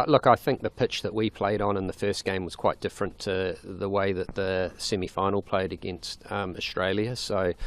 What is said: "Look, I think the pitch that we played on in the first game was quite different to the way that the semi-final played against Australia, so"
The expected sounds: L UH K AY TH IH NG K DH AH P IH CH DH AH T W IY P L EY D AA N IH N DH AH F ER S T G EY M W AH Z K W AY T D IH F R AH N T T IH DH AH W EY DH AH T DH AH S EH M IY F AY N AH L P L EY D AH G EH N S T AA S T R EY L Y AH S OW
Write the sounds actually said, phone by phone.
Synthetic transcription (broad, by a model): L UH K AY TH IH NG K DH AH P IH CH DH AH T W IY P L EY D N IH N DH AH F ER S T G EY M W AH Z K W AY T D IH F R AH N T T IH DH AH W EY DH AH T DH AH S EH M IY F AY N L P L EY D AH G EH N S T AA S T R EY L Y AH S OW